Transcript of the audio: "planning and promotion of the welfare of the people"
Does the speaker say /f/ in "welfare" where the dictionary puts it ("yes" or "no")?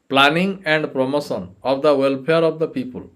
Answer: no